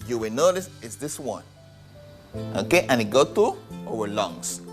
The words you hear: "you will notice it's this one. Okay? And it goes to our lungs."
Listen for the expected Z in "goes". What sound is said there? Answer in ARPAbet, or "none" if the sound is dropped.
none